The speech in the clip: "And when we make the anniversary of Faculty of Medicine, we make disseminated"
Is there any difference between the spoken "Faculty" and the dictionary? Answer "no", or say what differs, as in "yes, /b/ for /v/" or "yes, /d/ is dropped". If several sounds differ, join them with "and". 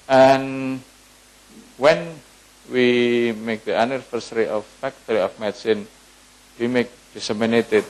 yes, /l/ is dropped